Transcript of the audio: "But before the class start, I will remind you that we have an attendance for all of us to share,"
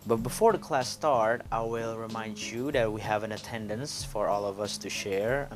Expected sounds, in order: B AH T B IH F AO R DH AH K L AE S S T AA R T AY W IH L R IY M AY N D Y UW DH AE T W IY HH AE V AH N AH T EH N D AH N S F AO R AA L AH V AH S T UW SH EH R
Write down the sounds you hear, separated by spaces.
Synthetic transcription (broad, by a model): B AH T B IH F AO R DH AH K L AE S S T AA R T AY W IH L R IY M AY N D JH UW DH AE T W IY HH AE V AH N AH T EH N D AH N S F AO R AA L AH V AH S T UW SH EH R